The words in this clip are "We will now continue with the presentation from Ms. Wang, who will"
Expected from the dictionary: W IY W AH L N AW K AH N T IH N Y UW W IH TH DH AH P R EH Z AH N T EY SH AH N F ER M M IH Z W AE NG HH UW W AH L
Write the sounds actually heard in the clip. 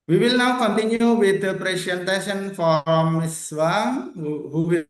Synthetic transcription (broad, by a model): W IY W AH L N AW K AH N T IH N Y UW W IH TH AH P R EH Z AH N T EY S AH N F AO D M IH S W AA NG HH UW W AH